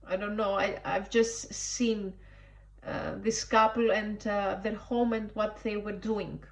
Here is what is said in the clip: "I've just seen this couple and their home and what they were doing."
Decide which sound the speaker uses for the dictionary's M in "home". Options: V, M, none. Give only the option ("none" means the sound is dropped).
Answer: M